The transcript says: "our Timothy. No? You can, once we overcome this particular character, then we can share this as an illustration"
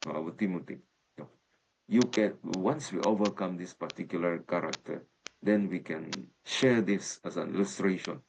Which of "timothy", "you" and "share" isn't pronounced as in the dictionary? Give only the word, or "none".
timothy